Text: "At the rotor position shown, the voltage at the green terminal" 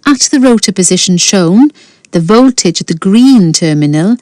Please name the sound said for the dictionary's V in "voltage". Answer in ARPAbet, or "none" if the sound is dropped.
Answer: V